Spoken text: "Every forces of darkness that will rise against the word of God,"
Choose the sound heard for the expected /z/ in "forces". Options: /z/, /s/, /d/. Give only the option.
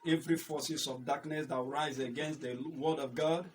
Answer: /s/